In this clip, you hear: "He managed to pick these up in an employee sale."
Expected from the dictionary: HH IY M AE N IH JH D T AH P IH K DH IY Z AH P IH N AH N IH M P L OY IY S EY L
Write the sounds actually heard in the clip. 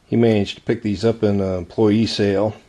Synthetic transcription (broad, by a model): HH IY M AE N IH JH T AH P IH K DH IY Z AH P IH N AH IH M P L OY IY S EY L